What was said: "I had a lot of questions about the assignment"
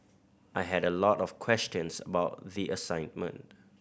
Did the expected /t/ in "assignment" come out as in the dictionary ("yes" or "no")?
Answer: yes